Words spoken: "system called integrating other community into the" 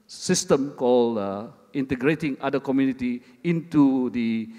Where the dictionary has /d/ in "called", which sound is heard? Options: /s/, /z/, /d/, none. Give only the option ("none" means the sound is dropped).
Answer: none